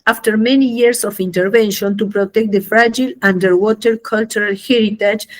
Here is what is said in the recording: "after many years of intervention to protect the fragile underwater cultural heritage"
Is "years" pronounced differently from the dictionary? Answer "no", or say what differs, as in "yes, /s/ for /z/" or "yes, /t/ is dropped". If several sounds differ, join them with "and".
yes, /s/ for /z/